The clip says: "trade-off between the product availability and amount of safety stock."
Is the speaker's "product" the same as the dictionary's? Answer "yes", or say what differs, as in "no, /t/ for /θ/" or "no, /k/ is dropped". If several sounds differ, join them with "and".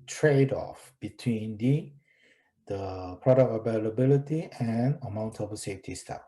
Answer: no, /t/ is dropped